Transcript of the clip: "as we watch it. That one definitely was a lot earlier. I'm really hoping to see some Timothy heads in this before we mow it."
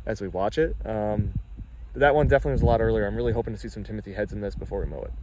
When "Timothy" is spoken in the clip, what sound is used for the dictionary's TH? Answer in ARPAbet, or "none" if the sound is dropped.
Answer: TH